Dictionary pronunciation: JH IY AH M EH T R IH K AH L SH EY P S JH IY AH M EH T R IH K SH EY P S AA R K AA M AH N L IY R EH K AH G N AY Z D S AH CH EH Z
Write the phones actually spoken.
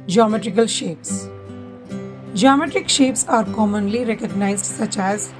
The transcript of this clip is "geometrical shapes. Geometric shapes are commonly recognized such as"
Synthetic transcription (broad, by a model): JH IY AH M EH T R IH K AH L SH EY P S JH IY AH M EH T R IH K SH EY P S AA R K AA M AH N L IY R EH K AH G N AY Z D S AH CH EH Z